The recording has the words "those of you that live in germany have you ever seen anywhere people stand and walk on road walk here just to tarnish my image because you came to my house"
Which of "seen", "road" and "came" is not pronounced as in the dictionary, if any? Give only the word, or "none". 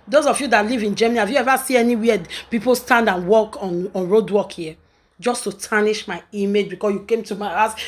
seen